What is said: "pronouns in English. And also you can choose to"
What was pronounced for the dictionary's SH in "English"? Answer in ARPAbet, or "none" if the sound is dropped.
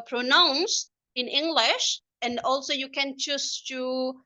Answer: SH